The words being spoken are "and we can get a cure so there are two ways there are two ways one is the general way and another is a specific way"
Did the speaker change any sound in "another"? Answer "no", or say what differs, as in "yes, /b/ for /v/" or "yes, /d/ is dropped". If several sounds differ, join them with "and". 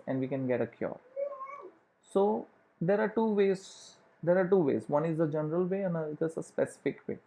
yes, /n/ is dropped